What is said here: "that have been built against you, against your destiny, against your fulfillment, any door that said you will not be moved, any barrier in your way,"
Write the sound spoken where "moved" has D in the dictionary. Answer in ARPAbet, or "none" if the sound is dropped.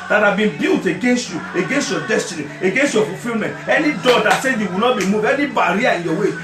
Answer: none